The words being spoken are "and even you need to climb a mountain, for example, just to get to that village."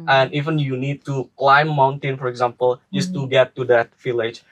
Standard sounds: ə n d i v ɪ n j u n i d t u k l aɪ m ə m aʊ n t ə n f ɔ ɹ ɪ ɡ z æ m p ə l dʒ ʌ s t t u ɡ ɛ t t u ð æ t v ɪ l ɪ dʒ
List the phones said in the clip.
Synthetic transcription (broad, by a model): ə n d i v ɪ n j u n i d t u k l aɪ ə m aʊ n t ə n f ɔ ɹ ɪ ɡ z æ m p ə l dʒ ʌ s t t u ɡ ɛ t t u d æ t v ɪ l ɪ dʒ